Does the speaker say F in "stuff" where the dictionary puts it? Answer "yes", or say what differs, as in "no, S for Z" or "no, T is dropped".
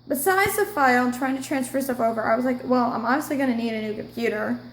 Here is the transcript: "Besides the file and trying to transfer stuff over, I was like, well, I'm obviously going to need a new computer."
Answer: no, P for F